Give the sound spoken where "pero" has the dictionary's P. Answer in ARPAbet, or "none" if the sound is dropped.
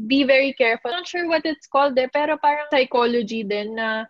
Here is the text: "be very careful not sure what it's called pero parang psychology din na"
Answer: P